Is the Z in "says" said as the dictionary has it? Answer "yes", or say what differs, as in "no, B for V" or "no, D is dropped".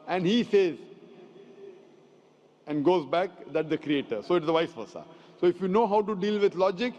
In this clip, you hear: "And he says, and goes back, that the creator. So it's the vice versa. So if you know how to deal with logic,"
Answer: yes